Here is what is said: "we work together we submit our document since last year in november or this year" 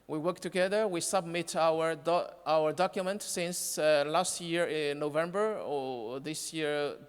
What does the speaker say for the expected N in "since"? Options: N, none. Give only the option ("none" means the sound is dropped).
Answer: N